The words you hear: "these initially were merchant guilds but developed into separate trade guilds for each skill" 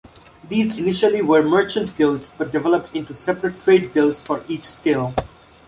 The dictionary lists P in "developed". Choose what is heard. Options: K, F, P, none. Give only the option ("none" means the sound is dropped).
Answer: P